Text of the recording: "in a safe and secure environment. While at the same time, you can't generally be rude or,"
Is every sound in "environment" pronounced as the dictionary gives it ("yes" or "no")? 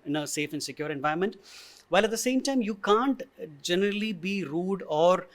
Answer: no